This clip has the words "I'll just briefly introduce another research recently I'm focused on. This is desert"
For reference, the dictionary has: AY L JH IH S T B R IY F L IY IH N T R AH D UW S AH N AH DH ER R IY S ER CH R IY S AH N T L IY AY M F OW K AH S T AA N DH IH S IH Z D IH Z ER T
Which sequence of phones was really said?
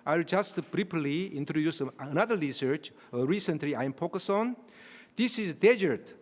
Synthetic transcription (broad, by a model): AY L JH IH S T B R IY P L IY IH N T R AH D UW S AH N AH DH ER R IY S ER CH R IY S AH N T L IY AY M P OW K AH S AA N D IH S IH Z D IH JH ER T